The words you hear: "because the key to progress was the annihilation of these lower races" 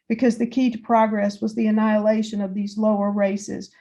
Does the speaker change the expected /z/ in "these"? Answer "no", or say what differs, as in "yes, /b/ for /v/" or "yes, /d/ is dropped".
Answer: no